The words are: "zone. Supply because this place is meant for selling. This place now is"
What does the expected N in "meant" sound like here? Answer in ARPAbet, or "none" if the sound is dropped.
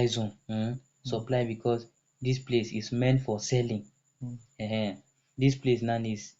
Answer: N